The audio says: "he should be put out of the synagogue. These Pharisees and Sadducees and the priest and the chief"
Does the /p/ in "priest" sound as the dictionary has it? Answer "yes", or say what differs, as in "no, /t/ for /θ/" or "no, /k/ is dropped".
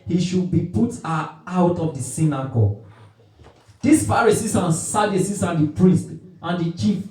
yes